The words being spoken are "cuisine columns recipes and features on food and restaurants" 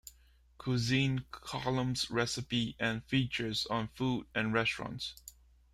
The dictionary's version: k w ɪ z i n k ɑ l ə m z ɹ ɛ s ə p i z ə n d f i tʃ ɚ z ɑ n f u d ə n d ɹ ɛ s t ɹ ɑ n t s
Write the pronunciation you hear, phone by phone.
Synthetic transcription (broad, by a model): k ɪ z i n k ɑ l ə m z ɹ ɛ s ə p i ə n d f i tʃ ɚ z ɑ n f u d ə n ɹ ɛ s t ɹ ɑ n t s